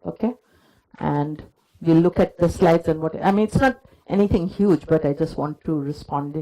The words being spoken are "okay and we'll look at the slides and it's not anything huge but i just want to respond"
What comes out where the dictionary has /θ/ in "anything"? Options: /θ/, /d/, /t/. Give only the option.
/t/